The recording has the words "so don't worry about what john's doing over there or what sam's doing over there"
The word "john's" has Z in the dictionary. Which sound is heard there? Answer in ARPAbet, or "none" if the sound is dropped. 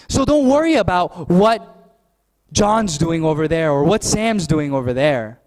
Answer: Z